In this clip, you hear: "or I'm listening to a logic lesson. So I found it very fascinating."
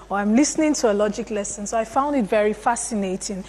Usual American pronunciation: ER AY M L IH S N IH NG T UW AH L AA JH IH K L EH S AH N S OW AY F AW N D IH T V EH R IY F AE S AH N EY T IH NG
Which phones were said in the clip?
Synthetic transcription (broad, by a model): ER AY M L IH S N IH NG T UW AH L AA JH IH K L EH S AH N S OW AY F AW N D IH T V EH R IY F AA S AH N EY T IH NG